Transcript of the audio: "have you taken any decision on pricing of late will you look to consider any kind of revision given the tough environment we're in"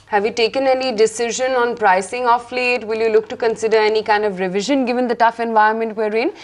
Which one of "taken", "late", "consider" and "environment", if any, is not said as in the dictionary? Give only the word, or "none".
environment